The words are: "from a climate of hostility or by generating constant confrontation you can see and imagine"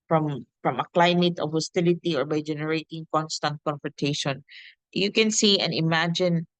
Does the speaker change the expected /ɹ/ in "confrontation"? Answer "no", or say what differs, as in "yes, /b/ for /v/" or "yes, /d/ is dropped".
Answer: yes, /ɹ/ is dropped